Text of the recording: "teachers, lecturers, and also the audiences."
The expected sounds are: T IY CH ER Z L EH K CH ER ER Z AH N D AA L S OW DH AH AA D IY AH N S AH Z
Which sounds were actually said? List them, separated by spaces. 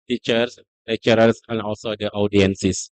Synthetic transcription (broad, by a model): T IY CH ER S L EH CH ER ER S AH N AA L S OW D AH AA D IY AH N S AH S